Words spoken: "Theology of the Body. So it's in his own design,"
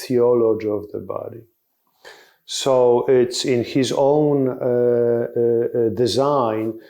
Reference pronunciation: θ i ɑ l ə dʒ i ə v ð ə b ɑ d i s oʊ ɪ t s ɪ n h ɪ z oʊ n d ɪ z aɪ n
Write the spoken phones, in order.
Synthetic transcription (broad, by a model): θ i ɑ l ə dʒ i ə v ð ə b ɑ d i s oʊ ɪ t s ɪ n h ɪ z oʊ n d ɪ z aɪ n